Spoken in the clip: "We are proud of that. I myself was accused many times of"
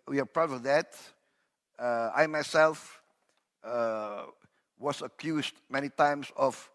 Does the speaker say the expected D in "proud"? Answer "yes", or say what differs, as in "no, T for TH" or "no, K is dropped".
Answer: no, D is dropped